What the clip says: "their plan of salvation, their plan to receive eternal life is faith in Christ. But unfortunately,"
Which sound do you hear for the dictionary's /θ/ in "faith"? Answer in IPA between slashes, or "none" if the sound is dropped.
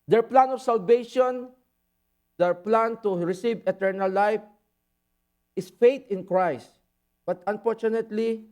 /t/